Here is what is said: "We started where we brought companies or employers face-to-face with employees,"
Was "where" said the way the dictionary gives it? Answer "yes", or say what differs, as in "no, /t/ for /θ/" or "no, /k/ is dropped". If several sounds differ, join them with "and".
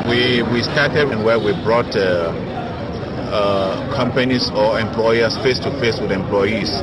no, /w/ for /ɹ/